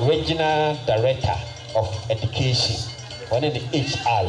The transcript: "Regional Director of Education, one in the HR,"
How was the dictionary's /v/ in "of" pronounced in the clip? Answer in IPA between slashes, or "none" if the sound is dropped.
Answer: /f/